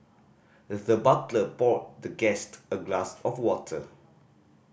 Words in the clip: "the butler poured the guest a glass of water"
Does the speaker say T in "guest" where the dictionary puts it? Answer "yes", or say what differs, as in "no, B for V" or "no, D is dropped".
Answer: yes